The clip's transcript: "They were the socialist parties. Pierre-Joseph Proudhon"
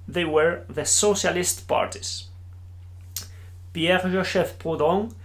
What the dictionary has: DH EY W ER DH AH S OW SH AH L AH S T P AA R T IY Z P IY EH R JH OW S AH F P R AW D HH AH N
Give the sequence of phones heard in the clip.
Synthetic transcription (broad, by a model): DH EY W ER DH AH S OW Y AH L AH S T P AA R T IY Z P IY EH R ZH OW SH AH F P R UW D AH